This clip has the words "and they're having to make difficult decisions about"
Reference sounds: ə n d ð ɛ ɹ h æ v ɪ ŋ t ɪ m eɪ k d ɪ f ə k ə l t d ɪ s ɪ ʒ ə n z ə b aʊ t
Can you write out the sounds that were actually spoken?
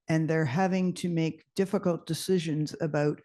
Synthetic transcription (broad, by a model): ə n ð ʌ ɹ h æ v ɪ ŋ t ɪ m eɪ k d ɪ f ə k ə l t d ɪ s ɪ ʒ ə n z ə b aʊ t